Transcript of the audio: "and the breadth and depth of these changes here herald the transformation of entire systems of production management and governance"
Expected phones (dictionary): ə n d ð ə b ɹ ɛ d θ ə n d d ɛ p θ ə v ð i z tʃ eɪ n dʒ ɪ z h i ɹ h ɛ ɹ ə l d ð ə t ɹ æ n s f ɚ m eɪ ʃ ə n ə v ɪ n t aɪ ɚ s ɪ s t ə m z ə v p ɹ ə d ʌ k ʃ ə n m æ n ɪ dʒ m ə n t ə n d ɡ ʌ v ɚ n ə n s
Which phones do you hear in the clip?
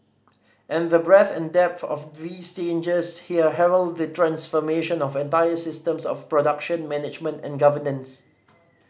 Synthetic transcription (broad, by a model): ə n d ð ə b ɹ ɛ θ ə n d d ɛ p θ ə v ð i s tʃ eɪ n dʒ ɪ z h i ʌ h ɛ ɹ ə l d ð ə t ɹ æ n s f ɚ m eɪ ʃ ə n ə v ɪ n t aɪ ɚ s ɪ s t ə m s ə f p ɹ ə d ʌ k ʃ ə n m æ n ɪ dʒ m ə n t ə n ɡ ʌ v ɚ n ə n s